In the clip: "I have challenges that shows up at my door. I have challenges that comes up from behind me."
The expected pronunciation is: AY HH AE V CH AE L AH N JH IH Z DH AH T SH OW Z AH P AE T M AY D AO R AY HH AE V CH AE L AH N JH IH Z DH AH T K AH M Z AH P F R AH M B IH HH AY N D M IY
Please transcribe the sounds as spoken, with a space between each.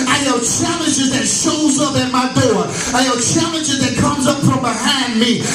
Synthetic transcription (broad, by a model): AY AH CH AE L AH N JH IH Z DH AH T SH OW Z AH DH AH M AY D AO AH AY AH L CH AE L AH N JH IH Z DH AH T K AH M Z AH P F R AH M B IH HH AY N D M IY